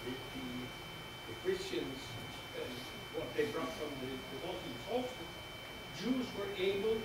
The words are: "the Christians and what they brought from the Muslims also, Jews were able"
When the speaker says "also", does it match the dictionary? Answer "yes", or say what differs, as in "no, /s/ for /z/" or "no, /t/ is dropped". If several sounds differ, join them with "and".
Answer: no, /l/ is dropped